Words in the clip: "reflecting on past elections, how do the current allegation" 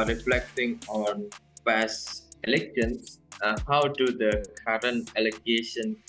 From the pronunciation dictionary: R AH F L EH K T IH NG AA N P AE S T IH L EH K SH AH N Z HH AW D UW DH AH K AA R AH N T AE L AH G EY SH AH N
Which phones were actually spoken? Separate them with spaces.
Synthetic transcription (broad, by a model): R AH F L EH K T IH NG AA N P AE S IH L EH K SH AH N S HH AW D UW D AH K AA R AH N T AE L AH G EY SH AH N